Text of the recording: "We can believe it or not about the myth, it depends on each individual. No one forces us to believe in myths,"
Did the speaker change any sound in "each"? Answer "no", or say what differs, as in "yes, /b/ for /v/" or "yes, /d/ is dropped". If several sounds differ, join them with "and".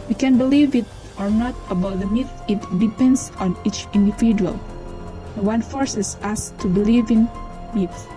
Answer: no